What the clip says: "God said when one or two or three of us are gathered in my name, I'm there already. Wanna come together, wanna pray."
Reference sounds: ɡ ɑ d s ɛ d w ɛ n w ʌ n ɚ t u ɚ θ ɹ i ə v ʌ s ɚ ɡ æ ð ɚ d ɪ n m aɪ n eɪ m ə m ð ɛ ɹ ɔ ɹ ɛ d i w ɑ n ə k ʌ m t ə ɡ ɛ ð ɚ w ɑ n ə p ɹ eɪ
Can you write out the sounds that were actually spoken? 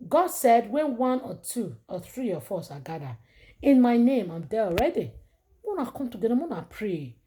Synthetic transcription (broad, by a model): ɡ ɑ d s ɛ d w ɛ n w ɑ n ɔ t u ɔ θ ɹ i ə f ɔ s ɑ ɡ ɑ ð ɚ ɪ n m aɪ n eɪ m ə m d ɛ ɔ ɹ ɛ d i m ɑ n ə k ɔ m t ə ɡ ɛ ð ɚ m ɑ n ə p ɹ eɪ